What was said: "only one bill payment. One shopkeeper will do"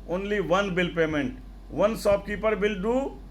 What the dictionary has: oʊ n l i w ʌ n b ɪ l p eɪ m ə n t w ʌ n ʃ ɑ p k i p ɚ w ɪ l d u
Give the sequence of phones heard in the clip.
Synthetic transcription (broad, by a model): oʊ n l i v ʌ n b ɪ l p eɪ m ə n t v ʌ n s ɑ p k i p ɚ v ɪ l d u